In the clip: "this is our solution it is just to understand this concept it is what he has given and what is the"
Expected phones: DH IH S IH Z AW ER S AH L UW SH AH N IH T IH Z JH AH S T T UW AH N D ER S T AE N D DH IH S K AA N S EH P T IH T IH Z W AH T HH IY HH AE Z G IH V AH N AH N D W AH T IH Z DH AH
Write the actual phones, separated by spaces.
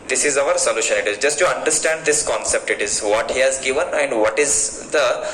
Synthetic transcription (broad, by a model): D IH S IH Z AW ER S AH L UW SH AH N IH T IH Z JH AH S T T UW AH N D ER S T AE N D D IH S K AA N S EH P T IH T IH Z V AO T HH IY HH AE Z G IH V AH N AH N D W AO T IH Z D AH